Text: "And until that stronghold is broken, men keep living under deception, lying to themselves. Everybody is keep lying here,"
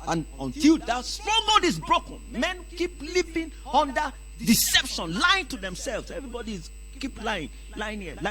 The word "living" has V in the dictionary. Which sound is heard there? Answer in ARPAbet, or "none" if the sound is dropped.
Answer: P